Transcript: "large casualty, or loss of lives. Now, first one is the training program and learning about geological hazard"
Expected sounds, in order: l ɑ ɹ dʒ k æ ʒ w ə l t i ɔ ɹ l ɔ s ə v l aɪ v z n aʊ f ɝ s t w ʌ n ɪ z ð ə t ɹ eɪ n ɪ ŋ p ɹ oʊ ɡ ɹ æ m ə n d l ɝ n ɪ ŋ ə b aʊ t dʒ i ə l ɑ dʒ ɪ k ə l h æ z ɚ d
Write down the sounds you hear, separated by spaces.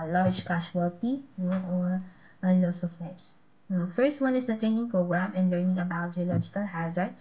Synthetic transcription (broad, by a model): l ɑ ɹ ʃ k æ ʃ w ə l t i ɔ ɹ l ɔ s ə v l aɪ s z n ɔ f ɝ s t w ʌ n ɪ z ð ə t eɪ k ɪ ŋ p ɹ oʊ ɡ ɹ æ m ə n l ɝ n ɪ ŋ ə b aʊ t dʒ i ə l ɑ dʒ ɪ k ə l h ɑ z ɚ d